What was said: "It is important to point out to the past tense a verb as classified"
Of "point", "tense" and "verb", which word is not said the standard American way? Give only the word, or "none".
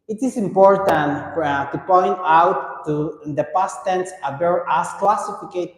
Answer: verb